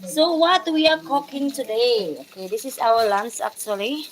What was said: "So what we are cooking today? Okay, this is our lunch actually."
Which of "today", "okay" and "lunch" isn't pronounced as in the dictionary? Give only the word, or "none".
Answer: lunch